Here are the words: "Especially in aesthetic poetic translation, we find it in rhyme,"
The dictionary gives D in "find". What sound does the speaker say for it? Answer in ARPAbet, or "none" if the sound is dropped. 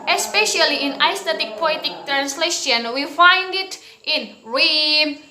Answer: D